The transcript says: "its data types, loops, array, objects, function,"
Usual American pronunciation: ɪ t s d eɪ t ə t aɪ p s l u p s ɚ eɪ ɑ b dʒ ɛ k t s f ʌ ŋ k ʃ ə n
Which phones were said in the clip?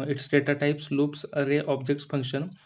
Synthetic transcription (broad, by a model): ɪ t s d eɪ t ə t aɪ p s l u p s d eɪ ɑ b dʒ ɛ k t s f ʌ ŋ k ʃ ə n